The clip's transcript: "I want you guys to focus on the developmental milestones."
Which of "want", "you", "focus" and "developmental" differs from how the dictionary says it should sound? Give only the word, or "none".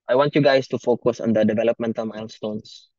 none